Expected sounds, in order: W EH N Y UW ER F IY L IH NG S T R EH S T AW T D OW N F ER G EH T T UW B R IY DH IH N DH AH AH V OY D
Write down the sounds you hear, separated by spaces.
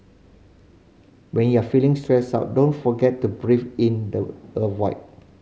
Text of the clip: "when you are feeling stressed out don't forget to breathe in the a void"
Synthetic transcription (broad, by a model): W EH N Y UW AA F IY L IH NG S T R EH S AW T D OW N F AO G EH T T UW B R IY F IH N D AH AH W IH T